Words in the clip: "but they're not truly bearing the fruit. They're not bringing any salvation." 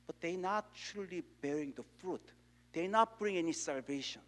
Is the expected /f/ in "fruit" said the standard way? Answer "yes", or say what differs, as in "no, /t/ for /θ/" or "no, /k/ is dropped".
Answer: yes